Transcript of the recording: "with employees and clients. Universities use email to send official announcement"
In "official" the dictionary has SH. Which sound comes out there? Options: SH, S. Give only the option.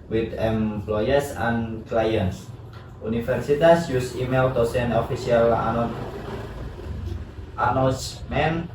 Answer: S